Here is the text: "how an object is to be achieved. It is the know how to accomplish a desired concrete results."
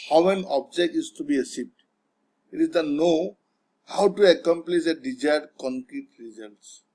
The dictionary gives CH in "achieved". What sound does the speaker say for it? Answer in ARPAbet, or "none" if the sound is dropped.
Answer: S